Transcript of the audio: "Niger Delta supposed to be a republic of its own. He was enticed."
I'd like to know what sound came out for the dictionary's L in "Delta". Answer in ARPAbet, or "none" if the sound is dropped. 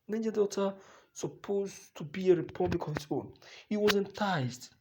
none